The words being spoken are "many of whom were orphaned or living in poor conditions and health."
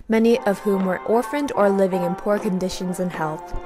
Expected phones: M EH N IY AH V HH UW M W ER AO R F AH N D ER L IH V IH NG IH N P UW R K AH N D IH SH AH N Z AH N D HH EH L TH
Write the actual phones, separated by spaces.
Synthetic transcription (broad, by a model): M EH N IY AH V HH UW M W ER AO R F AH N D ER L IH V IH NG IH N P UW R K AH N D IH SH AH N Z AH N HH EH L TH